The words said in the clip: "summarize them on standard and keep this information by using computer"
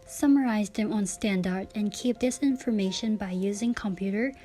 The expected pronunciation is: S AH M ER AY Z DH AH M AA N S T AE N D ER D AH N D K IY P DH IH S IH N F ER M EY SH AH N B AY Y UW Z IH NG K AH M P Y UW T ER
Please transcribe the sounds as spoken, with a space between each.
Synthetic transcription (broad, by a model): S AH M ER AY Z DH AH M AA N S T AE N D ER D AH N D K IY P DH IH S IH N F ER M EY SH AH N B AY Y UW Z IH NG K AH M P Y UW T ER